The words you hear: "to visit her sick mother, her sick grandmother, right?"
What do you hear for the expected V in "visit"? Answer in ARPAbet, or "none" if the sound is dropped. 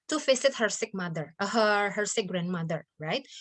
F